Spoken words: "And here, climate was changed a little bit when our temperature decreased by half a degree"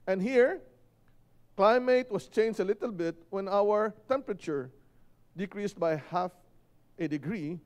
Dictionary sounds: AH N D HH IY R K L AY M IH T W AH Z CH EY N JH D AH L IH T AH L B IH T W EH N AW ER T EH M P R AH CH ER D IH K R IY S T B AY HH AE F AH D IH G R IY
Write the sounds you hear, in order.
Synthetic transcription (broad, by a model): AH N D HH IY R K L AY M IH T W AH S CH EY N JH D AH L IH T AH L B IH T W EH N AW ER T EH M P R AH CH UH D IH K R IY S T B AY HH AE F AH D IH G R IY